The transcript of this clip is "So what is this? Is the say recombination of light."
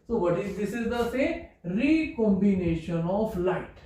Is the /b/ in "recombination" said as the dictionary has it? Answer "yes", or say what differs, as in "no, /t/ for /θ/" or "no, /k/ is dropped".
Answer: yes